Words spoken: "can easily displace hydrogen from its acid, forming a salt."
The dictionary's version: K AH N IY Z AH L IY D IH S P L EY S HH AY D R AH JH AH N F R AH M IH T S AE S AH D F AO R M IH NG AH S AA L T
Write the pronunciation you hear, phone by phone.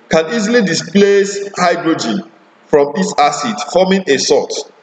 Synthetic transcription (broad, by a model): K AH N IY Z AH L IY D IH S P L EY S HH AY D R AH JH AH N F R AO M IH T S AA S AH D F AO M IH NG AH S AA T